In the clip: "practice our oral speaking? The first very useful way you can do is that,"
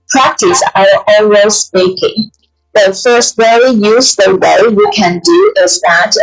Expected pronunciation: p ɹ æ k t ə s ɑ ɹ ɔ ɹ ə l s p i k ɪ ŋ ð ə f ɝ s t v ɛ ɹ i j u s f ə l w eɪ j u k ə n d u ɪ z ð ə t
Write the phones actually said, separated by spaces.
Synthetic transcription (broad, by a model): p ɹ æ k t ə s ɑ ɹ ɔ w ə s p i k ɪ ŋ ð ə f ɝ s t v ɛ ɹ i j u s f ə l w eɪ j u k ə n d u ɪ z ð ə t